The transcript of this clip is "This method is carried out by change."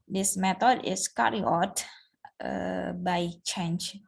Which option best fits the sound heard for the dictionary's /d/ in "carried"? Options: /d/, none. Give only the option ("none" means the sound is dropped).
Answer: none